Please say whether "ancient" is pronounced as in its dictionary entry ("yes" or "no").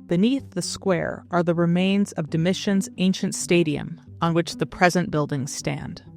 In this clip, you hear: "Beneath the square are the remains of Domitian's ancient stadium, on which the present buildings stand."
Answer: yes